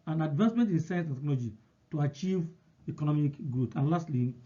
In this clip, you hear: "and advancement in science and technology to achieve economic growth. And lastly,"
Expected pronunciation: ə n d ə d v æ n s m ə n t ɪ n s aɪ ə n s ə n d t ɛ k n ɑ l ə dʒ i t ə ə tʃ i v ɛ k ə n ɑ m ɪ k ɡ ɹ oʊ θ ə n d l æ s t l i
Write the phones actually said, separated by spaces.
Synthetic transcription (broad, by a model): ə n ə d v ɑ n s m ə n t ɪ n s aɪ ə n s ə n t ɛ k n ɑ l ə dʒ i t ə ə tʃ i v ɛ k ə n ɑ m ɪ k ɡ ɹ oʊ t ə n l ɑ s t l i